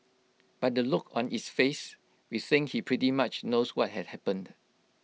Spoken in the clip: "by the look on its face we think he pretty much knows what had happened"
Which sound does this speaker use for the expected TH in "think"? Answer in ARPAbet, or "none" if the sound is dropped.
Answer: S